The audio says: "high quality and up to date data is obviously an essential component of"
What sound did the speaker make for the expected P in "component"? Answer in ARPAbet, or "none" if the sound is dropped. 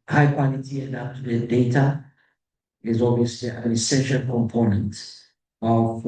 P